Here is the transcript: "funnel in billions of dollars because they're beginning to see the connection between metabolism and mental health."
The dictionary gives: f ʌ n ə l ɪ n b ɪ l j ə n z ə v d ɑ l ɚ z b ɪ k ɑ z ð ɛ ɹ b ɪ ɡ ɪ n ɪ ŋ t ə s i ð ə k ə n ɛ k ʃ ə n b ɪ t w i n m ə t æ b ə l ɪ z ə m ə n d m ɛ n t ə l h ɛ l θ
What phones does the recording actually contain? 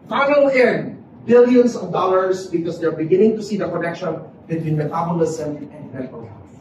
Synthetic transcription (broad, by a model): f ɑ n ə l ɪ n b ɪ l j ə n s ə v d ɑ l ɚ s b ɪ k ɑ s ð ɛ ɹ b ɪ ɡ ɪ n ɪ ŋ t ə s i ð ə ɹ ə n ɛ k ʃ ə n b ɪ t w i n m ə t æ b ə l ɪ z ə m ə n d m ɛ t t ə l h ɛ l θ